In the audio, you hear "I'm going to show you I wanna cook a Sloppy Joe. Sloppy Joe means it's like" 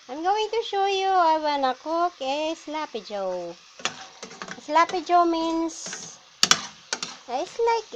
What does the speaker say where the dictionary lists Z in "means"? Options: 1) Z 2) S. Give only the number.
2